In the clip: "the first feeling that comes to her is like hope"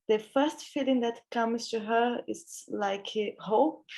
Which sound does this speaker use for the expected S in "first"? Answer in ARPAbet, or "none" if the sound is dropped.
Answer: S